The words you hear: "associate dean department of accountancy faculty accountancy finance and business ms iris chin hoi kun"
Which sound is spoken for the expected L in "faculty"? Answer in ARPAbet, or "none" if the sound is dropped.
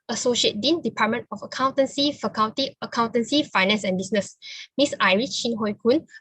N